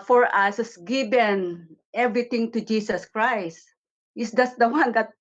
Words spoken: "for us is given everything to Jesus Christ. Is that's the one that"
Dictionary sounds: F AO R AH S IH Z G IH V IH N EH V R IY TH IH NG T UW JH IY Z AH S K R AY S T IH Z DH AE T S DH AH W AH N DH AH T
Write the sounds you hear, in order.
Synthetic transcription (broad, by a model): F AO R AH S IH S G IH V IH N EH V R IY T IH NG T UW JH IY S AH S K R AY S T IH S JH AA S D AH W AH N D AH T